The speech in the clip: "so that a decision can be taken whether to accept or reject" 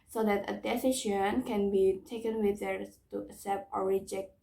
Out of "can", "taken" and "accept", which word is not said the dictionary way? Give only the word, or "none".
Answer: accept